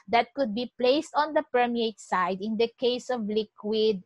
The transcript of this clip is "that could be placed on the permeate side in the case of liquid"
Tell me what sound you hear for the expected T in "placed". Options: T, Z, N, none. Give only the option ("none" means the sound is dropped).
T